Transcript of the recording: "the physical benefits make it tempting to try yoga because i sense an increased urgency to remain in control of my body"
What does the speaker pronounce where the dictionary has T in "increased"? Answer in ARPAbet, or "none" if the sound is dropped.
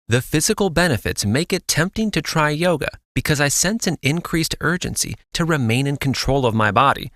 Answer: T